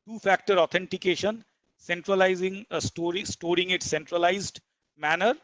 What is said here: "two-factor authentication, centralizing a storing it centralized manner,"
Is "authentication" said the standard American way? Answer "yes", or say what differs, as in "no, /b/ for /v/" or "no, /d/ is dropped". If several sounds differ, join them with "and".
no, /t/ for /θ/